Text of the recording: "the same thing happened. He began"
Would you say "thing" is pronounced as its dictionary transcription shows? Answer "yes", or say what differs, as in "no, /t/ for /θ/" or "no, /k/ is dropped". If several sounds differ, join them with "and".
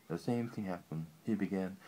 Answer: yes